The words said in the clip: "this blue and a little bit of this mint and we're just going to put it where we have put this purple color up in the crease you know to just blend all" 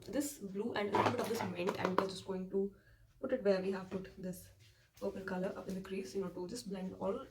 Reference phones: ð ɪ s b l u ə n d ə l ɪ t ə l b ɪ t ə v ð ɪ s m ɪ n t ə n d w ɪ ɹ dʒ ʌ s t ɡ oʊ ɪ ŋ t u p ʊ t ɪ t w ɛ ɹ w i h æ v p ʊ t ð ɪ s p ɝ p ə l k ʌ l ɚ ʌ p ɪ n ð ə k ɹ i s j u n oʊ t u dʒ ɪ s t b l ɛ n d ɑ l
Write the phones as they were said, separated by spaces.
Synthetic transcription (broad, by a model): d ɪ s b l u ə n d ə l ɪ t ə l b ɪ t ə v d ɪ s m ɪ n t ə n d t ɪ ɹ dʒ ʌ s t ɡ oʊ ɪ ŋ t u p ʊ t ɪ t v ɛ ɹ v i h æ v p ʊ t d ɪ s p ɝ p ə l k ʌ l ɚ ʌ p ɪ n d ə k ɹ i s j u n oʊ t u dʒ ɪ s b l ɛ n d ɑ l